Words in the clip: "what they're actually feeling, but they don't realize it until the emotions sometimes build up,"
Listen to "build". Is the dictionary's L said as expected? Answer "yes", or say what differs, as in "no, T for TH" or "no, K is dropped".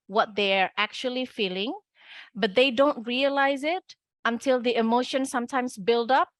yes